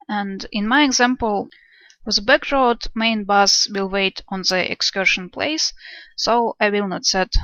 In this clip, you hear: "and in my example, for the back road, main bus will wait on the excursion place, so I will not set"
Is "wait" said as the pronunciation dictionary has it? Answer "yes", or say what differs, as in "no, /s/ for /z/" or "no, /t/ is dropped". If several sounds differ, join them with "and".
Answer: yes